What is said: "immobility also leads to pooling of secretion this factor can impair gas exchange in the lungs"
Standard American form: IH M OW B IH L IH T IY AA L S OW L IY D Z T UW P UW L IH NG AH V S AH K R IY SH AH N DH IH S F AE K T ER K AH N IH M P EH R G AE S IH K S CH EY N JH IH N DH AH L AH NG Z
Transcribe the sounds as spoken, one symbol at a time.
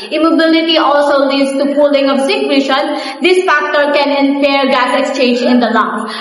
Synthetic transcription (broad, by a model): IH M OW B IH L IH T IY AA L S OW L IY D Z T UW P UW L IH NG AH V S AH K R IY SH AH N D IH S F AE K T ER K AH N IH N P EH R G AE S IH K S CH EY N JH IH N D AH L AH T